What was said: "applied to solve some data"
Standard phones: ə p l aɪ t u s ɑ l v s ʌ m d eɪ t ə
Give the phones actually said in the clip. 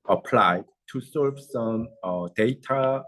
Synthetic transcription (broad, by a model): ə p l aɪ t u s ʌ v s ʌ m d eɪ t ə